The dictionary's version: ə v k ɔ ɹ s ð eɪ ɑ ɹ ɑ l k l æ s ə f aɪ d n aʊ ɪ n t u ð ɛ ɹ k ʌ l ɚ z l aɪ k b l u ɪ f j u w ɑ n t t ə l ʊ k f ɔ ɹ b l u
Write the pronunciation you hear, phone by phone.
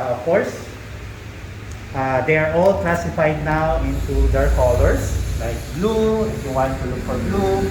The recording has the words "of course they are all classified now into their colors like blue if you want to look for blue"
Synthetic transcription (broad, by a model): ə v k ɔ ɹ s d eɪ ɑ ɹ ɑ l k l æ s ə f aɪ d n aʊ ɪ n t u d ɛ ɹ k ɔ l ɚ s l aɪ k b l u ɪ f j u w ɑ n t t ə l ʊ k f ɔ ɹ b l u